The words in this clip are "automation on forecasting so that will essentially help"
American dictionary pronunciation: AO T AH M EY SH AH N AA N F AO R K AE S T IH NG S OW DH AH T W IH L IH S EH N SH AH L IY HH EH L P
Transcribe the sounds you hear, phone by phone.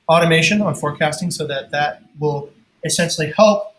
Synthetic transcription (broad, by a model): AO T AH M EY SH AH N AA N F AO R K AE S T IH NG S OW DH AH T W IH L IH S EH N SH L IY HH EH L P